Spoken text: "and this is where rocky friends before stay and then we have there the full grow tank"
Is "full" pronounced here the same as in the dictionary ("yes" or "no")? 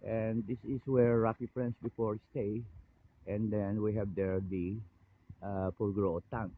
no